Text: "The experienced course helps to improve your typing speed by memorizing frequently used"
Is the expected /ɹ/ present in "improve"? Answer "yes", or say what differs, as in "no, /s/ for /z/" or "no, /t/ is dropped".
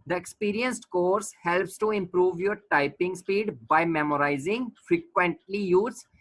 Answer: yes